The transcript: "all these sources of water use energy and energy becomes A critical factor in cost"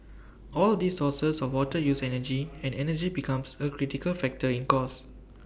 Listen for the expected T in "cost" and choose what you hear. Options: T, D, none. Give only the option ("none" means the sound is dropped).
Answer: none